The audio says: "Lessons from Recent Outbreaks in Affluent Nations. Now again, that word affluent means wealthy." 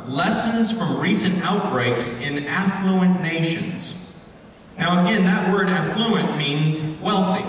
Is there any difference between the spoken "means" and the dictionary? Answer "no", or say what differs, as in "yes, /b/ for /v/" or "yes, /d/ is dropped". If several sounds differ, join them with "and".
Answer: no